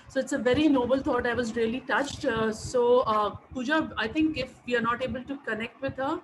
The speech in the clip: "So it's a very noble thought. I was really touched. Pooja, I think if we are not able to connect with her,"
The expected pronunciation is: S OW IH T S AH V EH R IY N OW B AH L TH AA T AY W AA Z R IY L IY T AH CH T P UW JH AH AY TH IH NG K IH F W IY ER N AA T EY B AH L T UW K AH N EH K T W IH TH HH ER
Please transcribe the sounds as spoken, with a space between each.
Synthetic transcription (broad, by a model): S OW IH T S AH V EH R IY N OW B AH L T AA T AY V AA Z R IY L IY T AH CH T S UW JH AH AY T IH NG K IH F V IY ER N AA T EY B AH L T UW K AH N EH K T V IH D HH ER